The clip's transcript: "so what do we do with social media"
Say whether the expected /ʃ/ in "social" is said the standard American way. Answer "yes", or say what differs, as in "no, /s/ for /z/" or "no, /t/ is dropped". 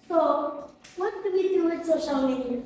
yes